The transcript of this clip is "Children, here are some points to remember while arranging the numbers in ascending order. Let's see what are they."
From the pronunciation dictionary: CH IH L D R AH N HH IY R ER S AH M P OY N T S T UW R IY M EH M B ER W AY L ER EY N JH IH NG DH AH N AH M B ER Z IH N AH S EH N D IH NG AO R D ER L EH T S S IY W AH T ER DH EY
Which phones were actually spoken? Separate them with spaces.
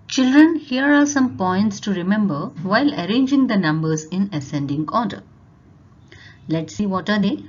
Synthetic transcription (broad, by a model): CH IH L D R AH N HH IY R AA S AH M P OY N T S T UW R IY M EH M B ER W AY L ER EY N JH IH NG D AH N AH M B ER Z IH N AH S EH N D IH NG AO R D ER L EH T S S IY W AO T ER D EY